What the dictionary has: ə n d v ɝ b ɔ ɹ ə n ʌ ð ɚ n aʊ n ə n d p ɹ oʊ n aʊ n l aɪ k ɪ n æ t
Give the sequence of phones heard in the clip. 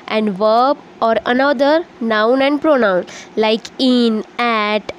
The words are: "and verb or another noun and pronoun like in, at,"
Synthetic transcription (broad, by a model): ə n d v ɝ b ɔ ɹ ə n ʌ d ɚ n aʊ n ə n d p ɹ oʊ n aʊ n l aɪ k ɪ n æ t